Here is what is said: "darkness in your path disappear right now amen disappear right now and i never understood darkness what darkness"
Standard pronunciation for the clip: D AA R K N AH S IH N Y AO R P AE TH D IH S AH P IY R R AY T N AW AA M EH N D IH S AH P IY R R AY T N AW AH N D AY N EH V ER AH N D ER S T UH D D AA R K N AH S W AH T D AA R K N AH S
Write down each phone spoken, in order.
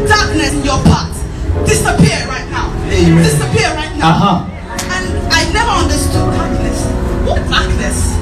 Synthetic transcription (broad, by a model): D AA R K N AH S IH N Y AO P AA T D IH S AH P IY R R AY T N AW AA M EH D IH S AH P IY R R AY T N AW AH N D AY N EH V ER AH N D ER S T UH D D AA R K N AH S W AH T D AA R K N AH S